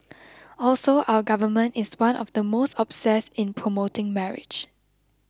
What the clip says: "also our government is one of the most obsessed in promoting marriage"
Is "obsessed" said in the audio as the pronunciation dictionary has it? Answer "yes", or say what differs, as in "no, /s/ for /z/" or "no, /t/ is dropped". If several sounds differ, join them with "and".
no, /t/ is dropped